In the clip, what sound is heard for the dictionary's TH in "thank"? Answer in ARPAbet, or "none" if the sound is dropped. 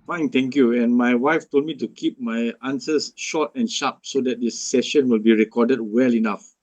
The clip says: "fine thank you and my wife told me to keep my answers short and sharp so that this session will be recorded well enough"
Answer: T